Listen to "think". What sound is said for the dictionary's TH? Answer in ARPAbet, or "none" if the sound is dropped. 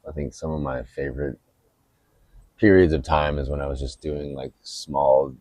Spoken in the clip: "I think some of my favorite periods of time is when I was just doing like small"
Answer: TH